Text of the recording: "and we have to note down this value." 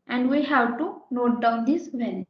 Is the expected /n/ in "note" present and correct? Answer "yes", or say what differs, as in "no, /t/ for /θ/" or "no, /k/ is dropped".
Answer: yes